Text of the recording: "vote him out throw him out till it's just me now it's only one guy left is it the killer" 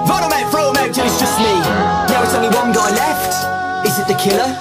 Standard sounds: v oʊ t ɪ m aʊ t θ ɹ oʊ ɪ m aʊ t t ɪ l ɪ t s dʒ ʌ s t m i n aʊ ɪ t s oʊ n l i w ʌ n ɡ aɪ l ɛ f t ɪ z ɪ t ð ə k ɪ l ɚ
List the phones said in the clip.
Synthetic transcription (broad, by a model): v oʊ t ɪ m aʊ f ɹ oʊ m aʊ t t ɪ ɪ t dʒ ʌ s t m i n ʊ ɪ t s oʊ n l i w ʌ n ɡ aɪ l ɛ f t ɪ z ɪ t ð ə k ɪ l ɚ